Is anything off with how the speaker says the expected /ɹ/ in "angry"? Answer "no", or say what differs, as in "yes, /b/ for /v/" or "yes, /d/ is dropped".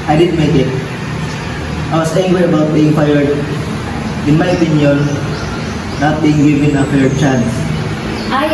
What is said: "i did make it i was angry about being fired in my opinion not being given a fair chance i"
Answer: yes, /w/ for /ɹ/